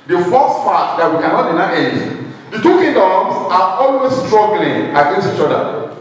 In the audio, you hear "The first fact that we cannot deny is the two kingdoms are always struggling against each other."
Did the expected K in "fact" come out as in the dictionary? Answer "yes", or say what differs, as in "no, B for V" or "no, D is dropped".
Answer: no, K is dropped